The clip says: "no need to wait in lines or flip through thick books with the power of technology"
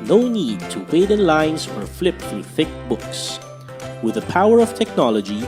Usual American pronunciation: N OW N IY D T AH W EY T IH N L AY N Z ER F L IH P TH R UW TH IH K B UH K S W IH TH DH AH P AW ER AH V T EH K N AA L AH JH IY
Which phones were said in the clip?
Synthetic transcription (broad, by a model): N OW N IY D T AH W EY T IH N L AY N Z ER F L IH P TH R UW TH IH K B UH K S W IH DH AH P AW ER AH V T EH K N AA L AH JH IY